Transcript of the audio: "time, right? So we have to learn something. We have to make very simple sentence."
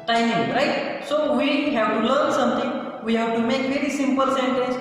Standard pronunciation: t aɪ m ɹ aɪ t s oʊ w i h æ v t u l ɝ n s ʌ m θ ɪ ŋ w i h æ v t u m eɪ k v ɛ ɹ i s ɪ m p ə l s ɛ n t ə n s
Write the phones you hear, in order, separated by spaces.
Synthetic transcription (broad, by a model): t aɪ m ɹ aɪ t s oʊ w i h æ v t u l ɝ s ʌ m t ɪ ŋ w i h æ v t u m eɪ k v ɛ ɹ i s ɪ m p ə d s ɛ n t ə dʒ